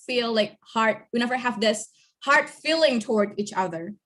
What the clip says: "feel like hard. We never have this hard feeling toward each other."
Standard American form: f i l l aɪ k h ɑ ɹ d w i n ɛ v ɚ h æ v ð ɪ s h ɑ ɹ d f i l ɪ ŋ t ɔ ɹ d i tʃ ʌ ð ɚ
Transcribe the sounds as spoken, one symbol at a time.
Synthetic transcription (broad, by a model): f i l l aɪ k h ɑ ɹ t w i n ɛ v ɚ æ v ð ɪ s h ɑ ɹ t f i l ɪ ŋ t ɔ ɹ d i tʃ ʌ ð ɚ